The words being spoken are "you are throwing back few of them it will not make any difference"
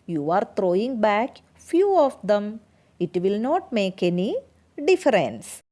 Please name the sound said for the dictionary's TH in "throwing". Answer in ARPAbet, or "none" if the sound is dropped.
T